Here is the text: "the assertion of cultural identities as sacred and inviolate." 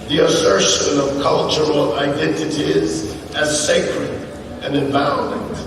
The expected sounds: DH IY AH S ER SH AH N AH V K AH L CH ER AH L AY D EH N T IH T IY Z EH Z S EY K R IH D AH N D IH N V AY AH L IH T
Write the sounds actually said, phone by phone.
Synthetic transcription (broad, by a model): DH IY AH S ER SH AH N AH V K AH L CH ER L AY D EH N T IH T IY Z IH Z S EY K R IH D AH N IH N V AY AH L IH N